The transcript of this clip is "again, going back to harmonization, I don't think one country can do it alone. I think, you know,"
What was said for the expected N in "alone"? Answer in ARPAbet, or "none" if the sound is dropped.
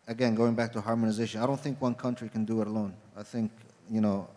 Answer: N